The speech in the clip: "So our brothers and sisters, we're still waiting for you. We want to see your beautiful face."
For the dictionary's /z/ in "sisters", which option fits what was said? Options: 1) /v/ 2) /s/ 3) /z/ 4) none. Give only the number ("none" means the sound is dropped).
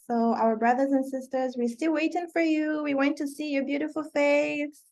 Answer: 3